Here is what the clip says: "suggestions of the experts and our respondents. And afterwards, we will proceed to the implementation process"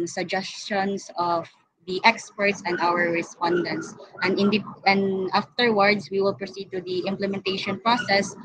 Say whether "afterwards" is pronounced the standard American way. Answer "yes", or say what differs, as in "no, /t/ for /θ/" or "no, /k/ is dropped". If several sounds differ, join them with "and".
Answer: no, /s/ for /z/